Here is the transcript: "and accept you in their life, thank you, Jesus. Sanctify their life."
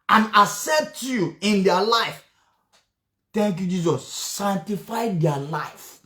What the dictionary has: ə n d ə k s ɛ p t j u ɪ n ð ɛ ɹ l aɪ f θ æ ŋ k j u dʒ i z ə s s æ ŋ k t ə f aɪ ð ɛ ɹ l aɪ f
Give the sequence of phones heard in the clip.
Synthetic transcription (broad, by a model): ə n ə s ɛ t j u ɪ n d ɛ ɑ l aɪ f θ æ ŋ k j u dʒ i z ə s s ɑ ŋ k t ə f aɪ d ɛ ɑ l aɪ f